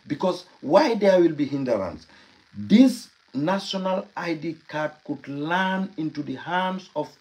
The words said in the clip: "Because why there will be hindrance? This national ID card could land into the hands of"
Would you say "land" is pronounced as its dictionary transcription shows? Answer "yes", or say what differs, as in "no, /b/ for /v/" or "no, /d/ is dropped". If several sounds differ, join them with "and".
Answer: no, /d/ is dropped